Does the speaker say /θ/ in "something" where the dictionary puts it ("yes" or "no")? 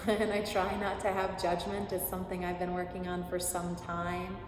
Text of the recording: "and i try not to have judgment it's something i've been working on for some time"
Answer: yes